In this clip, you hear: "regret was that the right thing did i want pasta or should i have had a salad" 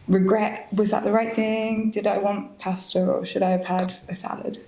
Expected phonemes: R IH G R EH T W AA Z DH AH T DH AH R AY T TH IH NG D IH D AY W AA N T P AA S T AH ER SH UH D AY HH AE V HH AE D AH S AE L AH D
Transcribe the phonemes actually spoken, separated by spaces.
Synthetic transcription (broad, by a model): R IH G R EH T W AA Z DH AH T DH AH R AY T TH IH NG D IH D AY W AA N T P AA S T AH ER SH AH D AY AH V HH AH D AH S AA L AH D